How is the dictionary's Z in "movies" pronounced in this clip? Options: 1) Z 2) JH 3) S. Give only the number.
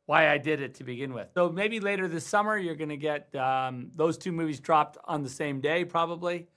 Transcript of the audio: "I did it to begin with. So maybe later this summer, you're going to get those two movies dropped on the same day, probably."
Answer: 1